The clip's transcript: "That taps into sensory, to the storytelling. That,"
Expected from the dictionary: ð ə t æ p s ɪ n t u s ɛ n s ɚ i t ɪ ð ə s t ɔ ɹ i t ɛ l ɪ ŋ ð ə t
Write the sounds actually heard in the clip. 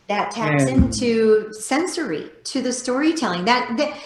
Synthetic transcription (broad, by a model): ð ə t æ s ɪ n t u s ɛ n s ɚ i t ɪ ð ə s t ɔ ɹ i t ɛ l ɪ ŋ ð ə t